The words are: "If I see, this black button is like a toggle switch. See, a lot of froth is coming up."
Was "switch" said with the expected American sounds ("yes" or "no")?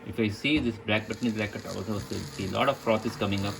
no